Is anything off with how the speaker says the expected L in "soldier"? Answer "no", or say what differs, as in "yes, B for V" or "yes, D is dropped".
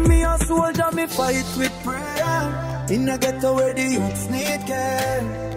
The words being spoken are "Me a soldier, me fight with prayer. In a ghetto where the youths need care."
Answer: yes, L is dropped